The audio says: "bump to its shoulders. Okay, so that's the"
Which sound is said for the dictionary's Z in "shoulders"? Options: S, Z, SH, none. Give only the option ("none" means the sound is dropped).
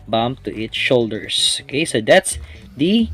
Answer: S